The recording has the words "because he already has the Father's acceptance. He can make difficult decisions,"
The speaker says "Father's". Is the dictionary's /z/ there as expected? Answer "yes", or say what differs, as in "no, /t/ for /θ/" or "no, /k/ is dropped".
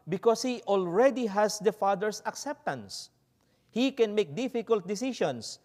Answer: no, /s/ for /z/